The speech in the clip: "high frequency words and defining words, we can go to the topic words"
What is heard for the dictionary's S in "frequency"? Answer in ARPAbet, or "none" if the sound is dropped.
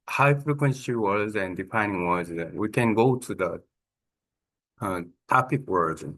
SH